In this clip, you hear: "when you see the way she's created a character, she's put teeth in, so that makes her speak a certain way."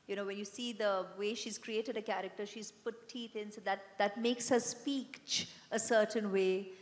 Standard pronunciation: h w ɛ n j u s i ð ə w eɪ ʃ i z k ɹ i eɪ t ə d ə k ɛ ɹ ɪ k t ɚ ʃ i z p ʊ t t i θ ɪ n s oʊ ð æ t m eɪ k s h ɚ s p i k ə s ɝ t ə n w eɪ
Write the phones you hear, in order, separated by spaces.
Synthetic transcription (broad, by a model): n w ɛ n j u s i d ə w eɪ ʃ i z k ɹ i eɪ t ə d ə k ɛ ɹ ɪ k t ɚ ʃ i z p ʊ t t i t ɪ n s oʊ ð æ t m eɪ k s h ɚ s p i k ə s ɝ t ə n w eɪ